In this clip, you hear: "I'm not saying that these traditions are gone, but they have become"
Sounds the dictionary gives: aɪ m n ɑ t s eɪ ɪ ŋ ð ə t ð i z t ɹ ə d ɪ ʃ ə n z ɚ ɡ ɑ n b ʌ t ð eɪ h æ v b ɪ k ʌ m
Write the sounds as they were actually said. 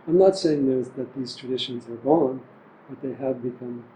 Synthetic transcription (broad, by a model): aɪ m n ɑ t s eɪ ɪ ŋ ð ə t ð i z t ɹ ə d ɪ ʃ ə n z ɚ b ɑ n b ʌ t ð eɪ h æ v b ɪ k ʌ m